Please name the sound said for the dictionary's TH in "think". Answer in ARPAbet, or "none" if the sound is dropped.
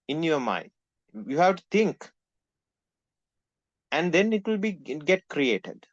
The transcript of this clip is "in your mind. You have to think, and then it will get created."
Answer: T